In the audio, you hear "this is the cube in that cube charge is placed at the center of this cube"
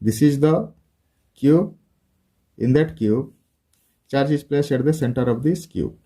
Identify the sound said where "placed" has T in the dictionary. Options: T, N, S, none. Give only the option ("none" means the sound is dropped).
none